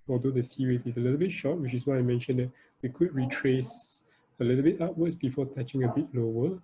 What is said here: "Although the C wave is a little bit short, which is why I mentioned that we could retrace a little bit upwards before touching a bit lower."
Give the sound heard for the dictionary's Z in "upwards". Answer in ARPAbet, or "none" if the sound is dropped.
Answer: S